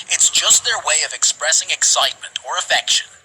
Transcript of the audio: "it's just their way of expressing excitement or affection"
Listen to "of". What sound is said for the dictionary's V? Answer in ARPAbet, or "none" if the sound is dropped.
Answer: V